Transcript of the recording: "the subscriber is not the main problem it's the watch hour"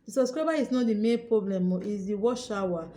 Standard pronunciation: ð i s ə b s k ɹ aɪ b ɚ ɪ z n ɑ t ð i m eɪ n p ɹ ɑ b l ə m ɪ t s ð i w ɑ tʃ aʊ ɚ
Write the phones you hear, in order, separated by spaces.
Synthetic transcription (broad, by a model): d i s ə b s k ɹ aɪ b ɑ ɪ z n ɑ t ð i m eɪ n p ɹ ɑ b l ə m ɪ t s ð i w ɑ ʃ aʊ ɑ